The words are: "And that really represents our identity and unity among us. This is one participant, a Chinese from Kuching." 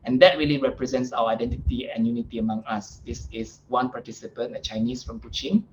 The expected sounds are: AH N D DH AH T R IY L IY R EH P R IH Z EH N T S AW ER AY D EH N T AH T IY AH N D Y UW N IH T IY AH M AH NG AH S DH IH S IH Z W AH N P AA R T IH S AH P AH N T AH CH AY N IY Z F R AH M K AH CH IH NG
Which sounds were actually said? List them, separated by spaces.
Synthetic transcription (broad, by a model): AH N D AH T R IY L IY R EH P R IH Z EH N T S AW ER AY D EH N T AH T IY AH N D Y UW N IH T IY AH M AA NG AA S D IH S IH S W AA N P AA T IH S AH P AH N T AH CH AY N IY S F R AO M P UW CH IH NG